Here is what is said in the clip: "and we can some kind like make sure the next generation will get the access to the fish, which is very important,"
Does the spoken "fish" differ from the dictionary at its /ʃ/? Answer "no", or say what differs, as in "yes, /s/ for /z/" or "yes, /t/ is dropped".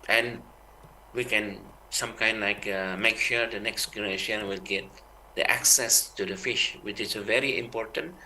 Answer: no